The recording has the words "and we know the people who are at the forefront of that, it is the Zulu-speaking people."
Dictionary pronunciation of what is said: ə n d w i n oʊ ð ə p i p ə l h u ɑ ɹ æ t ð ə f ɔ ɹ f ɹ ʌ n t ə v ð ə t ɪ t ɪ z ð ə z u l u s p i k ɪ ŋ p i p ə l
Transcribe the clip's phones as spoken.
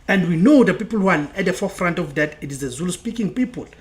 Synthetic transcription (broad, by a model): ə n d w i n oʊ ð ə p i p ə l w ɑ l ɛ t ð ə f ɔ f ɹ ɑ n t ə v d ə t ɪ t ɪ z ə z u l s p i k ɪ ŋ p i p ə l